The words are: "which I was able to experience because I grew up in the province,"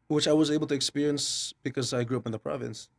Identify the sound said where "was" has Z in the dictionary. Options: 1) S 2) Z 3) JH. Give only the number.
2